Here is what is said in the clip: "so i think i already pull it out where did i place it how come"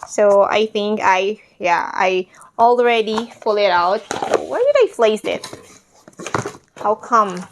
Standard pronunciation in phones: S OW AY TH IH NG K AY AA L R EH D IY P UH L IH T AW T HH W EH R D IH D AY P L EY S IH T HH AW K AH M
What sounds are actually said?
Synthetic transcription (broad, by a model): S OW AY TH IH NG K AY AA L R EH D IY F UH L IH T AW T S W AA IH D IH D AY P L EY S IH T HH AW K AH M